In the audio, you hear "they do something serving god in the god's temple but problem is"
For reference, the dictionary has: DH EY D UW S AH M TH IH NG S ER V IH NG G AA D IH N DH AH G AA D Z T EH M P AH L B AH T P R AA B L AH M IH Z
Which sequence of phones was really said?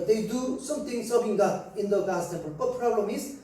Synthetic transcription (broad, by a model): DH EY D UW S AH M T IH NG S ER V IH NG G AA IH N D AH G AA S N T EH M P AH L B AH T P R AA B L AH M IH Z